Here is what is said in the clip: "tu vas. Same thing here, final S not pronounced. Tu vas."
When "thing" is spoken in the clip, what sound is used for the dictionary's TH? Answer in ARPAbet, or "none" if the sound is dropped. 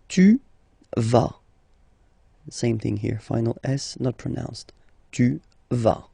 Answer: TH